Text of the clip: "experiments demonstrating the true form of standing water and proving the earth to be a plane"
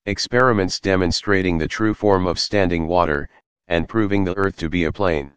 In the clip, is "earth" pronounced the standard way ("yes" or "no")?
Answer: yes